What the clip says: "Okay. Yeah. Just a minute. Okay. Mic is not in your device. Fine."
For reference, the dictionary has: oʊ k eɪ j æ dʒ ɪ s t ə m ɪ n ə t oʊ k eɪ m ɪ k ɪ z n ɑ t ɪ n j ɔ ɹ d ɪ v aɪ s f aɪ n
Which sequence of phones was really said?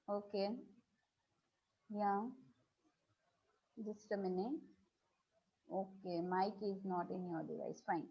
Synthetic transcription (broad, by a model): oʊ k eɪ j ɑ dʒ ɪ s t ə m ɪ n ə oʊ k eɪ m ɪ k ɪ z n ɑ t ɪ n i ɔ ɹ d ɪ v aɪ s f aɪ n